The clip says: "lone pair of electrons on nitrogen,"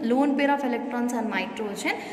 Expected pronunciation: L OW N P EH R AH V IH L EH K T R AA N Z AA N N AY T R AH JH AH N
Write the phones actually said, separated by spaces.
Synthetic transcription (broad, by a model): L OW N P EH R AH P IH L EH K T R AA N S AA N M AY T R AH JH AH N